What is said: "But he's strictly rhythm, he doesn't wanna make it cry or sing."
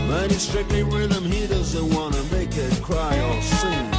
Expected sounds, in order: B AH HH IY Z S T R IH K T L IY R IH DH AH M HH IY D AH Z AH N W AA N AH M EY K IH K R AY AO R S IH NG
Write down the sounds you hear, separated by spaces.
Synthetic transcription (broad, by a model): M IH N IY S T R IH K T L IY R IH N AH M HH IY D AH Z AH N W AA N AH M EY K IH K R AY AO L S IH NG